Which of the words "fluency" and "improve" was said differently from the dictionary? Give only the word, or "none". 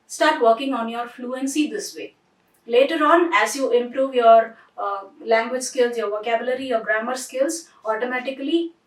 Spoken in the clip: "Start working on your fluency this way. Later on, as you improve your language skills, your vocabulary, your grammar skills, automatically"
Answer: none